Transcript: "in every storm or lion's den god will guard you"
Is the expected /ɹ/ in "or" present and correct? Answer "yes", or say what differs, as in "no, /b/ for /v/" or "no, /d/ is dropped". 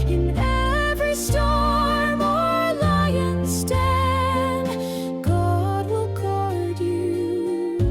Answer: yes